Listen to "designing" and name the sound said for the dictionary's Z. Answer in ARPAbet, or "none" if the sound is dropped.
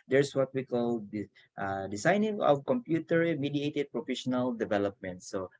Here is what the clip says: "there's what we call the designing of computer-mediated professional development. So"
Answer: S